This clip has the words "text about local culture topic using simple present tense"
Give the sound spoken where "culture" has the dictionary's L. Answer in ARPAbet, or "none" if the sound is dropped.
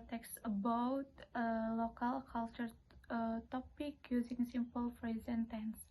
L